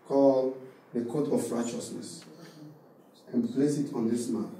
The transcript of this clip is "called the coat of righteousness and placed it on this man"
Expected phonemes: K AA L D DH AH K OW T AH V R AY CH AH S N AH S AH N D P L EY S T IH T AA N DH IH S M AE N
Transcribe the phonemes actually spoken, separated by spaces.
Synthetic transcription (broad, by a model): K AA L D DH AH K OW T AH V R AY CH AH S N AH S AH N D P L EY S IH T AA N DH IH S M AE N